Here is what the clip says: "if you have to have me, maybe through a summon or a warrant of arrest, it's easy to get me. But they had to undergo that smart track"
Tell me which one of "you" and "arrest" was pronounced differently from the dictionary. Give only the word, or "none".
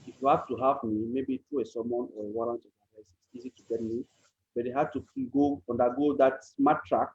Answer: arrest